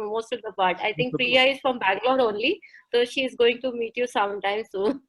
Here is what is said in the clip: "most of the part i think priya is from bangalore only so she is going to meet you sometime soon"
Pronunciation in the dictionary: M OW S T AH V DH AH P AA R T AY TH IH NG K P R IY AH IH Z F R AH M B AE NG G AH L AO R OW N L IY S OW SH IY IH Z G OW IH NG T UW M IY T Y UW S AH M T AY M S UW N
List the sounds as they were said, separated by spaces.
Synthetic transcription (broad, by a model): M OW S T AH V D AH P AA R T AY T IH NG K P R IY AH IH Z F R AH M B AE G L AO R OW N L IY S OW SH IY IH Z G OW IH NG T UW M IY T Y UW S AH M T AY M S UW N